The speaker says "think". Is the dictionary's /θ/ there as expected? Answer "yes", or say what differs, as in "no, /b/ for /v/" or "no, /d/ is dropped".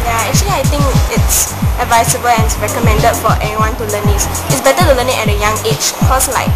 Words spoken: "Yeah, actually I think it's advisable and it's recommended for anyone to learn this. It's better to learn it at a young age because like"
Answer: no, /t/ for /θ/